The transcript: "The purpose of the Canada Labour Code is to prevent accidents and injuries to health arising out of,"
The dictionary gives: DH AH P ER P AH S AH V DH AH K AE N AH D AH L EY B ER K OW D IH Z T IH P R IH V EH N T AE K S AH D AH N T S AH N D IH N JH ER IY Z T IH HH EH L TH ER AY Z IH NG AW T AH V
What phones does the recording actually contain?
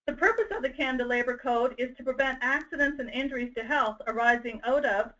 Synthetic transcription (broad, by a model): DH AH P ER P AH S AH V DH AH K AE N D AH L EY B ER K OW D IH Z T IH P R IH V EH N T AE K S AH D AH N T S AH N IH N JH ER IY Z T IH HH EH L TH ER AY Z IH NG AW T AH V